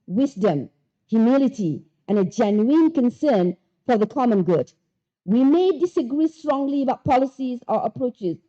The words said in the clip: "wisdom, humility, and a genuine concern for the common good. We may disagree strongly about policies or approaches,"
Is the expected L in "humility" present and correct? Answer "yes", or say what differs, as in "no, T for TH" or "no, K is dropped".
yes